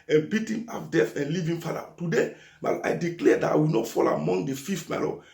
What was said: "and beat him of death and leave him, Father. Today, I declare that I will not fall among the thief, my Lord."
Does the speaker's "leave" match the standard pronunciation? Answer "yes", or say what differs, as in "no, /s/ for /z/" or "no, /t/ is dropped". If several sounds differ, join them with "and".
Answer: yes